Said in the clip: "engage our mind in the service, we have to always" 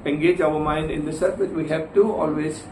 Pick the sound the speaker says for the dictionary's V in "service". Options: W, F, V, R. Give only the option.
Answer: F